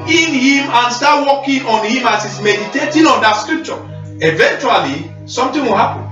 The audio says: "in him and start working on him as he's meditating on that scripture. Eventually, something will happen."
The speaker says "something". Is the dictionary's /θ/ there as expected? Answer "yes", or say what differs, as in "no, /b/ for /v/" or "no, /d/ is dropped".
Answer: no, /t/ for /θ/